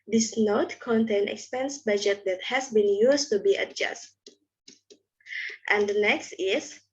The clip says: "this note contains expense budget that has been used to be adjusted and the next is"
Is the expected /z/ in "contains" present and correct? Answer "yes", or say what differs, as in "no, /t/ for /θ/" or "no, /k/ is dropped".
no, /z/ is dropped